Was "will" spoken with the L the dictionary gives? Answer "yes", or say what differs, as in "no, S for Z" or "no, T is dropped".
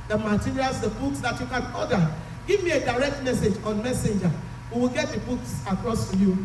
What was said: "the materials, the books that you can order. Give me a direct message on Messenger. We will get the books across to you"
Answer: yes